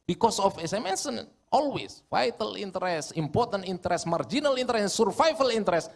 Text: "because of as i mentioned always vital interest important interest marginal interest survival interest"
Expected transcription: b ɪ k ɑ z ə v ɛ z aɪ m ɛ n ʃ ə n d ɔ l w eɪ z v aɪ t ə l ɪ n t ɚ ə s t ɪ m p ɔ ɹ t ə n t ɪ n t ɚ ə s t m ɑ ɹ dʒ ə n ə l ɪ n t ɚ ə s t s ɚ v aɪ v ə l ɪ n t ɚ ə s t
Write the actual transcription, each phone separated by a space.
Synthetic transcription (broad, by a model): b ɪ k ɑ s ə f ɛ s aɪ m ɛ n s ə n ɔ l w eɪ s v aɪ t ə l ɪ n t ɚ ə s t ɪ m p ɔ ɹ t ə n t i n t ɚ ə s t m ɑ ɹ dʒ ə n ə l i n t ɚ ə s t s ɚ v aɪ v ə l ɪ n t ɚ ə s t